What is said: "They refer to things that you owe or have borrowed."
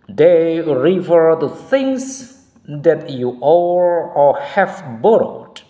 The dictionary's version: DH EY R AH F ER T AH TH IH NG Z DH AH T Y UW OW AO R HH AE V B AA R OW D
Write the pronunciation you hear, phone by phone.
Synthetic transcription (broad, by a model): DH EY R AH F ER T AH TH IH NG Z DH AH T Y UW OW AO L HH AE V B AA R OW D